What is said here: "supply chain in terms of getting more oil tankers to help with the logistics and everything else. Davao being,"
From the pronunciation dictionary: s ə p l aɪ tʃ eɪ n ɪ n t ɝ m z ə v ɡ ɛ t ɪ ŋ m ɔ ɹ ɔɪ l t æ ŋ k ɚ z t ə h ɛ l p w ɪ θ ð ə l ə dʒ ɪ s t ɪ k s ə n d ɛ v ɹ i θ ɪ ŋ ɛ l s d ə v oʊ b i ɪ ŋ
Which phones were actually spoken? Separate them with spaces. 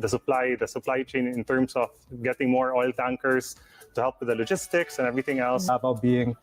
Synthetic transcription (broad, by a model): s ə p l aɪ tʃ eɪ n ɪ n t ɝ m s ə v ɡ ɛ t ɪ ŋ m ɔ ɹ ɔɪ l t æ ŋ k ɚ s t ə h ɛ l p w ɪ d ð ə l ə dʒ ɪ s t ɪ k s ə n ɛ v ɹ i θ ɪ ŋ ɛ l s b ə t b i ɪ ŋ